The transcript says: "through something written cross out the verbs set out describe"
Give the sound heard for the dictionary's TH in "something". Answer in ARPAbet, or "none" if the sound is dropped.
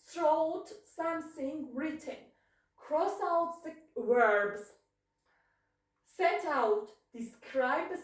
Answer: S